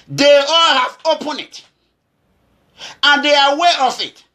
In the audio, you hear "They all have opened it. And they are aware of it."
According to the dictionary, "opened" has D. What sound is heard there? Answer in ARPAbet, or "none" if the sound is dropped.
none